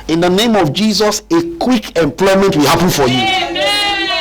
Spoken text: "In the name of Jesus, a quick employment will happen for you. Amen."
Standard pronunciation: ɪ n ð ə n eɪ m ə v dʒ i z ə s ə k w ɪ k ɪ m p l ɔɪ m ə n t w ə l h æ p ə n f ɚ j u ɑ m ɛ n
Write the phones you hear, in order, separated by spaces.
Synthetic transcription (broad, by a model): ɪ n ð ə n eɪ m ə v dʒ i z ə s ə k w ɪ k ɪ m p l ɔɪ m ə n t w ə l h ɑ p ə n f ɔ j u